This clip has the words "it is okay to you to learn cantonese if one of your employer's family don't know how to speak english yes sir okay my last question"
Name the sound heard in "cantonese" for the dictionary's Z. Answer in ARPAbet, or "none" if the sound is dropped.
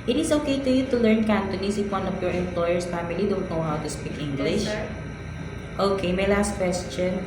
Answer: S